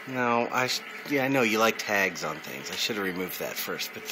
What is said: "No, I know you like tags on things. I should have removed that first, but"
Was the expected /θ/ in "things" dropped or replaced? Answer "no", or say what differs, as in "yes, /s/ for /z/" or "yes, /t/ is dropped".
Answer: no